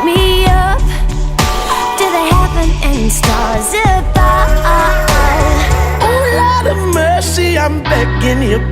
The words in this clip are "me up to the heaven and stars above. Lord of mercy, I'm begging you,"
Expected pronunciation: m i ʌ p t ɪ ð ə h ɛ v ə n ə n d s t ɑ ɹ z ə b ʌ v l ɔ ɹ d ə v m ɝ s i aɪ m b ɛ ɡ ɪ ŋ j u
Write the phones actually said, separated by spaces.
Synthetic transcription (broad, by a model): m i ʌ p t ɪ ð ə h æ p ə n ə n s t ɑ ɹ z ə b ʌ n l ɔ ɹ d ə v m ɝ s i aɪ m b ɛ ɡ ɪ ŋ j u